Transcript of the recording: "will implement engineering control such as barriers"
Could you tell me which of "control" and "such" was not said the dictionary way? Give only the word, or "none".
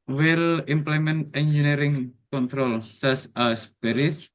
such